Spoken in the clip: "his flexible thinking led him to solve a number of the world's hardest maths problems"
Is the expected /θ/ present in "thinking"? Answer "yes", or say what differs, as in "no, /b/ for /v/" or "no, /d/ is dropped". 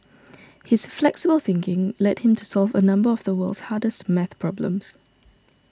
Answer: yes